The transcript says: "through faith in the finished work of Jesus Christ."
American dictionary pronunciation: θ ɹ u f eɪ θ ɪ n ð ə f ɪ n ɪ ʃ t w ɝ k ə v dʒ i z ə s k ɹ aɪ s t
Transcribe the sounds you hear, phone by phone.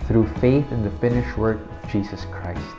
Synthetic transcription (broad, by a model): θ ɹ u f eɪ θ ɪ n ð ə f ɪ n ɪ ʃ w ɝ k ə v dʒ i z ə s k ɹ aɪ s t